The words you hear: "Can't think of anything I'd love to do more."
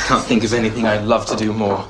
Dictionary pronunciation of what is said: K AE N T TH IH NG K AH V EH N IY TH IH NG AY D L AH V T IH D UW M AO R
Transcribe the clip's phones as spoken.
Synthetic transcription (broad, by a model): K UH N TH IH NG K AH V EH N IY TH IH NG AY L AH V T IH D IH M AO R